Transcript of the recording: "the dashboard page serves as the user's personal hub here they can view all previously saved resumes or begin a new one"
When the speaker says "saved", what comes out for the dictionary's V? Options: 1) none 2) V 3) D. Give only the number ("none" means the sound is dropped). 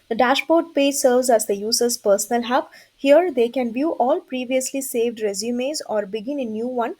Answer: 2